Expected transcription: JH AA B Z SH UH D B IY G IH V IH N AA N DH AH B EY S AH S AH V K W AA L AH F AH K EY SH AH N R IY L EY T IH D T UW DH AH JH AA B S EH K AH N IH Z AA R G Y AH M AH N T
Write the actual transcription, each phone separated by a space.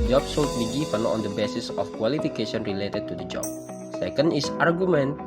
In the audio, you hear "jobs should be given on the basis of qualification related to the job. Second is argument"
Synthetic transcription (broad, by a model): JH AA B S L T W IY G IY F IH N AA N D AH B EY S AH S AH F K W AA L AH F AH K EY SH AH N R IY L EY T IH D T UW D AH JH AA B S EH K AH N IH S AA R G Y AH M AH N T